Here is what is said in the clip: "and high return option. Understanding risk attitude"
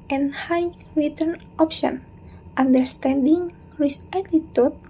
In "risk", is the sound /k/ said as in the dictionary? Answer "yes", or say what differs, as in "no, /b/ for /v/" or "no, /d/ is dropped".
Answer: no, /k/ is dropped